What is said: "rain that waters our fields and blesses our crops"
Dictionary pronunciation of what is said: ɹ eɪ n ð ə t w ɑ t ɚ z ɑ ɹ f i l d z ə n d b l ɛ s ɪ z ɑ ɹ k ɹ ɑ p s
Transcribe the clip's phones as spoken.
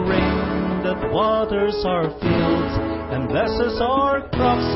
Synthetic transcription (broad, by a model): ɹ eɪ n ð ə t w ɑ t ɚ z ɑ ɹ f i l d z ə n b l ɛ s ɪ z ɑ ɹ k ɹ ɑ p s